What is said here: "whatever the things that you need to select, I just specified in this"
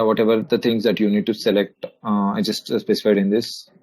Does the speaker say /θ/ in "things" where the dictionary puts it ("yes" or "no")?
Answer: no